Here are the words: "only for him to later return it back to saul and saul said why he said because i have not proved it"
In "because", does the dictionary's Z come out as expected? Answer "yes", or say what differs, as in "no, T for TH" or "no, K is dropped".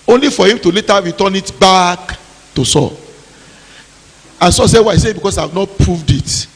no, S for Z